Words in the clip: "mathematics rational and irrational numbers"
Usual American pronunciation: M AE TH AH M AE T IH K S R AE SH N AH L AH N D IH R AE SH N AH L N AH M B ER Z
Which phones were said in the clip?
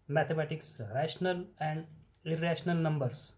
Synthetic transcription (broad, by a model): M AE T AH M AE T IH K S R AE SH N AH L AH N D IH R AE SH N AH L N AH M B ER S